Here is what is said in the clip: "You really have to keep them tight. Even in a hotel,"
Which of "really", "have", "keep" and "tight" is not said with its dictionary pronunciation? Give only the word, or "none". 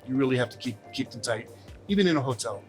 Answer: have